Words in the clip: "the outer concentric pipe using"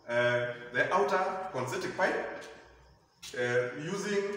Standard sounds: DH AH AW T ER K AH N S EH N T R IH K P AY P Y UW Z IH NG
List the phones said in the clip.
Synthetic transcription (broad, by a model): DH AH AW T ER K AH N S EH T IH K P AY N Y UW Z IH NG